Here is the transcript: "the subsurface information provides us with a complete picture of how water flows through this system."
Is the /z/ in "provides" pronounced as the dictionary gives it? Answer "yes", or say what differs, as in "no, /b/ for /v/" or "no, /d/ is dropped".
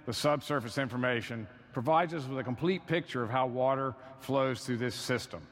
yes